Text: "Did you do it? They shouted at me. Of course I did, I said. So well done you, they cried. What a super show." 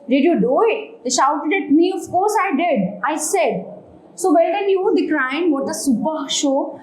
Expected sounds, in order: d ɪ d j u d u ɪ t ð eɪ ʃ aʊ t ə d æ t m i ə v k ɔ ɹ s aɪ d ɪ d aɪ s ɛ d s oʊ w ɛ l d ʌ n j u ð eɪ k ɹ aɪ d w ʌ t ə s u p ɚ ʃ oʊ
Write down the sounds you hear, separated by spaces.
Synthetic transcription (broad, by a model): d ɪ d j u d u ɪ t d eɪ ʃ aʊ t ə d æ t m i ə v k ɔ ɹ s aɪ d ɪ d aɪ s ɛ d s oʊ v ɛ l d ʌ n j u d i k ɹ aɪ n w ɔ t ə s u p ɚ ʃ oʊ